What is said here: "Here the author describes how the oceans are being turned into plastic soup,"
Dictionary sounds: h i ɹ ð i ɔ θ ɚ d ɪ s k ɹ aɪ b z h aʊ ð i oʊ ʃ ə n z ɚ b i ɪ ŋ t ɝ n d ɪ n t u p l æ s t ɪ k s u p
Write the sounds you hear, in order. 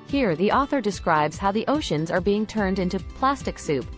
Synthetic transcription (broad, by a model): h i ɹ ð i ɔ θ ɚ d ɪ s k ɹ aɪ b z h aʊ ð i oʊ ʃ ə n z ɚ b i ɪ ŋ t ɝ n d ɪ n t u p l æ s t ɪ k s u p